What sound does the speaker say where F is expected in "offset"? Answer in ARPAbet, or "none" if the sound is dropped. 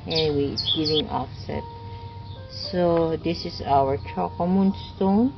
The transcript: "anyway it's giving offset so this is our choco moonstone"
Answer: F